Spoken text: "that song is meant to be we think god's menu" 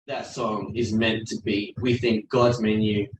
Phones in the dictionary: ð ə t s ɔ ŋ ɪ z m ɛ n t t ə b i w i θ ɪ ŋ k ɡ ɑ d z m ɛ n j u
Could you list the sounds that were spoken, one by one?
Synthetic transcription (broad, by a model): ð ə t s ɔ ŋ ɪ z m ɛ n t t ə b i w i θ ɪ ŋ k ɡ ɑ d z m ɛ n j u